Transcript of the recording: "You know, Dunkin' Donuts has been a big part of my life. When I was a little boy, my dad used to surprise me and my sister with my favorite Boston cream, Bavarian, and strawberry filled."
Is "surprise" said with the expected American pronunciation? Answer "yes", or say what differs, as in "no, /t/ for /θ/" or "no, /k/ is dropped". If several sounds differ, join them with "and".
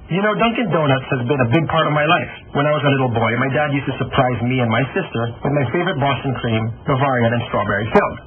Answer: yes